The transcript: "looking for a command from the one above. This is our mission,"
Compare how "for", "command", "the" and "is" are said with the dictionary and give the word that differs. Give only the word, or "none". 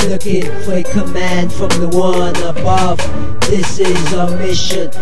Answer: none